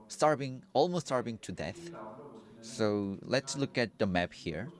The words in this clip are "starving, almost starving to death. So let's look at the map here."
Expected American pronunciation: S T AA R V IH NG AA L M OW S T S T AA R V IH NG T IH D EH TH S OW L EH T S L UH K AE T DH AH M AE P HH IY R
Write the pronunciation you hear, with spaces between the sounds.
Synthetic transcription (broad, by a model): S T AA R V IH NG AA L M OW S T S T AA R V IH NG T IH D EH TH S OW L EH T S L UH K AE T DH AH M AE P HH IY R